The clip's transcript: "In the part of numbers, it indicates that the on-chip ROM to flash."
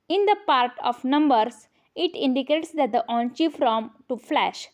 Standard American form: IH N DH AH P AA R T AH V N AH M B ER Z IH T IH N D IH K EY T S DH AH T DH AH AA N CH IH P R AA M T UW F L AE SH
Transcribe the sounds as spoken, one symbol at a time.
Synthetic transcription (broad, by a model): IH N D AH P AA R T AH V N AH M B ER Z IH T IH N D IH K EY T S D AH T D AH AA N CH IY F R AA M T UW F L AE SH